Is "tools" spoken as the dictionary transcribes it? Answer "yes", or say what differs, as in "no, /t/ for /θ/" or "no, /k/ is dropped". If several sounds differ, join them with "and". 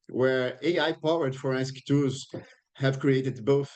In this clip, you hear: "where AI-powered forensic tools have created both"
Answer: no, /l/ is dropped